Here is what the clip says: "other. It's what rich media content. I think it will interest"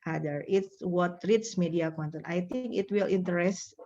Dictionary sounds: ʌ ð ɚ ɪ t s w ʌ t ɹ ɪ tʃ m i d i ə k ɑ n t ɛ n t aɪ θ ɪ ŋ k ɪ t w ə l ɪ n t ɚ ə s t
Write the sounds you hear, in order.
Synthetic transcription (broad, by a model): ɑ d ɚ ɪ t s w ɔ t ɹ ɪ s m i d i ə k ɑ n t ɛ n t aɪ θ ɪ ŋ k ɪ t w ə l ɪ n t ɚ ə s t